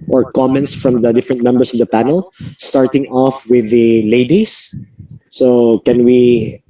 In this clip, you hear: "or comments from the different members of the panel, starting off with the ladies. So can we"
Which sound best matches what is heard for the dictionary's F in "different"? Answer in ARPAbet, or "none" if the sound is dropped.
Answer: F